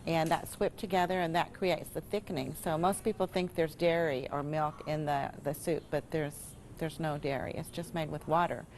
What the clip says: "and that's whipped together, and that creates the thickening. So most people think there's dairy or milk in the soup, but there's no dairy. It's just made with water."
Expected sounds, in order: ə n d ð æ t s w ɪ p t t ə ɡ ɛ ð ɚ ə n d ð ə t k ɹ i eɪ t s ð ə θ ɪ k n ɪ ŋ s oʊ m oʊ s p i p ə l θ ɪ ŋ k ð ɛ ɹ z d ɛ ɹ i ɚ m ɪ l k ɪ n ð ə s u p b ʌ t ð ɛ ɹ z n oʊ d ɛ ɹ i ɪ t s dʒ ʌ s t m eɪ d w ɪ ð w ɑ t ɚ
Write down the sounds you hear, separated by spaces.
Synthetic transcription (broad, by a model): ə n ð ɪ t s w ɪ p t t ə ɡ ɛ ð ɚ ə n ð ə t k ɹ i eɪ t s ð ə θ ɪ k n ɪ ŋ s oʊ m oʊ s p i p l θ ɪ ŋ k ð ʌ ɹ z d ɛ ɹ i ɚ m ɪ l k ɪ n ð ə s u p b ʌ t ð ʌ ɹ z n oʊ d ɛ ɹ i ɪ t s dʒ ʌ s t m eɪ d w ɪ ð w ɑ t ɚ